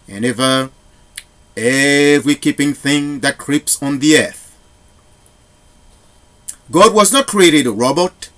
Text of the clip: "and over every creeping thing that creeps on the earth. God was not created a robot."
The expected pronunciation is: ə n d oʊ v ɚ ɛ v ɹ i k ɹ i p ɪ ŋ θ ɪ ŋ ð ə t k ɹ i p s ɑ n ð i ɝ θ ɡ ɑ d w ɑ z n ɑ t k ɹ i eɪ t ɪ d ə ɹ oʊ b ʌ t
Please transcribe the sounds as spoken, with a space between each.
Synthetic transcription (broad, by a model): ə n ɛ v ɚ ɛ v ɹ i k i p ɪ ŋ θ ɪ ŋ ð ə t k ɹ i p s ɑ n ð i ɝ θ ɡ ɑ d w ɑ z n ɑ t k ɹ i eɪ t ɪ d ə ɹ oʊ b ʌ t